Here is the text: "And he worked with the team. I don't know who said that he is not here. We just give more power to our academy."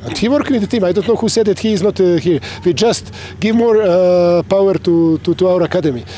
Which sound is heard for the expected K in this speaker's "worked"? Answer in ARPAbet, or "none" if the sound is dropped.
none